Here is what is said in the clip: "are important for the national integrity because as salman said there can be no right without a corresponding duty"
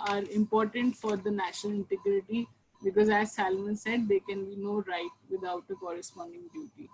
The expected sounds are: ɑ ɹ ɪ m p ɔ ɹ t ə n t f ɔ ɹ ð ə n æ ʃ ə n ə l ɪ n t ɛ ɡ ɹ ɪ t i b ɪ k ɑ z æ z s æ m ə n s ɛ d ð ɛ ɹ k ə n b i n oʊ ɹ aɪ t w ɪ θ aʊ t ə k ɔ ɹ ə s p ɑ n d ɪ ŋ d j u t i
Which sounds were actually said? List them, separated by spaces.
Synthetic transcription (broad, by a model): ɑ ɹ ɪ m p ɔ ɹ t ə n t f ɔ ɹ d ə n æ ʃ ə n ə l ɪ n t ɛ ɡ ɹ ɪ t i b ɪ k ɑ z æ z s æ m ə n s ɛ d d ɛ k ə n b i n oʊ ɹ aɪ t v ɪ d aʊ t ə k ɔ ɹ ə s p ɑ n d ɪ ŋ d j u t i